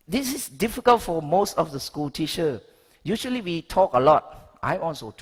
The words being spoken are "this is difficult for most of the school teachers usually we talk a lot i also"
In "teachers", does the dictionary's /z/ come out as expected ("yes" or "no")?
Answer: no